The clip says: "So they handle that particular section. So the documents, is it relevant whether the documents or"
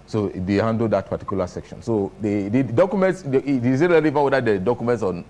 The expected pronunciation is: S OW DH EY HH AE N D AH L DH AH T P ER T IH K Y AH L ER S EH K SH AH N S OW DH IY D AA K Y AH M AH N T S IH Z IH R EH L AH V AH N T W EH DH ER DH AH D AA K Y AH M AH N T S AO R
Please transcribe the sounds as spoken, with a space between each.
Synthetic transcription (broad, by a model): S OW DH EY HH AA N D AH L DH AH T P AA T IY K Y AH L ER S EH K SH AH N S OW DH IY D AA K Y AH M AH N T S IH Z IH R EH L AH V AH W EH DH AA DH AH D AA K Y AH M AH N T S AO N